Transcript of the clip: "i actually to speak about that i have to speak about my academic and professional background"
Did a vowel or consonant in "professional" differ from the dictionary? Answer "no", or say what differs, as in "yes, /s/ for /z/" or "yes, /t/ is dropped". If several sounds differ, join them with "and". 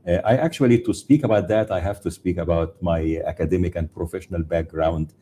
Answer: no